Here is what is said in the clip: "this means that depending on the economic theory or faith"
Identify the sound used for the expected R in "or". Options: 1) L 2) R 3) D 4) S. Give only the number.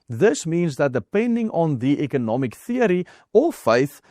1